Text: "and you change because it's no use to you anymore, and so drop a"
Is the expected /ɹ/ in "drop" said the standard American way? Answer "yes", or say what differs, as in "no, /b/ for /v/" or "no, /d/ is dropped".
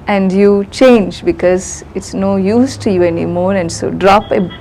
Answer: yes